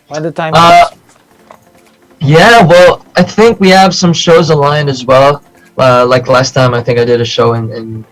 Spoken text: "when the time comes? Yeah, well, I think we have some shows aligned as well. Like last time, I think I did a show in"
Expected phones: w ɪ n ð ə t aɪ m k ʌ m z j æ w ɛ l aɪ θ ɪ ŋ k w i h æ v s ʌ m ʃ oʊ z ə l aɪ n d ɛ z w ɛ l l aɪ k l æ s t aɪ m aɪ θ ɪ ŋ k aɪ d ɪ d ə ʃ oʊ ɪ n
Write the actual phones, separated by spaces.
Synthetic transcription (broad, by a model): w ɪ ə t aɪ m ʌ j æ w ɛ l aɪ θ ɪ ŋ k w i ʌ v s ʌ m ʃ oʊ z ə l aɪ n ɪ z w ɛ l l aɪ k l æ s t aɪ m aɪ θ ɪ ŋ k aɪ d ɪ d ə ʃ oʊ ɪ n